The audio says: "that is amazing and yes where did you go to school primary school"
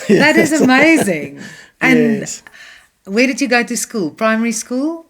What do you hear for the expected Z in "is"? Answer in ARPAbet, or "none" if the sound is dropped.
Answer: Z